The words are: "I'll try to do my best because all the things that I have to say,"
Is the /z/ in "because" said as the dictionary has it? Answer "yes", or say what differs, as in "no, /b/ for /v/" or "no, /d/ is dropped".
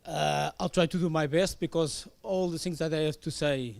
yes